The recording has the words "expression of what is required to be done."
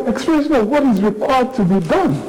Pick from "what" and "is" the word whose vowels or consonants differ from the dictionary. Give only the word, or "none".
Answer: none